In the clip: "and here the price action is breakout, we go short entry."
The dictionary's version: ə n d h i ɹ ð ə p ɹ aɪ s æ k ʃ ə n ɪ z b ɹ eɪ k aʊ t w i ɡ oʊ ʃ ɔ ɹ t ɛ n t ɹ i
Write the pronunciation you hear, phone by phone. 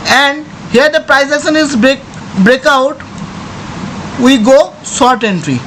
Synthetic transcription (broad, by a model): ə n d h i ɹ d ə p ɹ aɪ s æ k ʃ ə n ɪ z b ɹ eɪ k aʊ t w i ɡ oʊ s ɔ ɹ t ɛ n t ɹ i